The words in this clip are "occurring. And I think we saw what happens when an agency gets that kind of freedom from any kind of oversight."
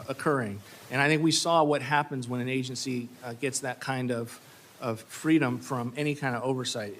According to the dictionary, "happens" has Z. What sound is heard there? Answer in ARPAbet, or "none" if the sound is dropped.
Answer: Z